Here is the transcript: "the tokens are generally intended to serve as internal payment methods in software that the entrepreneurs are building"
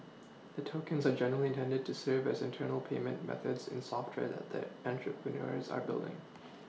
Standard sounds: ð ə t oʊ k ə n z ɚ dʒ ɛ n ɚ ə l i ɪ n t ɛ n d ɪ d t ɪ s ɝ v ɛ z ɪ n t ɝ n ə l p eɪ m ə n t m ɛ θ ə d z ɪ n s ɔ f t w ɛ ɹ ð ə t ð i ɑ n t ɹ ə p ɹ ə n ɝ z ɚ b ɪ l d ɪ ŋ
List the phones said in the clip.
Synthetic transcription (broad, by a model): ð ə t oʊ k ə n z ɚ dʒ ɛ n ɚ l i ɪ n t ɛ n d ɪ d t ɪ s ɝ v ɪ z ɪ n t ɝ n l p eɪ m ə n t m ɛ θ ə d z ɪ n s ɔ f t w ɛ ɹ ð ə t ð i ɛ n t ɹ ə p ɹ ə n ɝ z ɚ b ɪ l d ɪ ŋ